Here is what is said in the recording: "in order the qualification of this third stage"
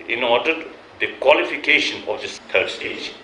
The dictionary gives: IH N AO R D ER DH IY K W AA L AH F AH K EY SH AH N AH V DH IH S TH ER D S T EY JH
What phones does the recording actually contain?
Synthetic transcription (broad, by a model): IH N AO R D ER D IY K W AA L AH F AH K EY SH AH N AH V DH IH S T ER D S T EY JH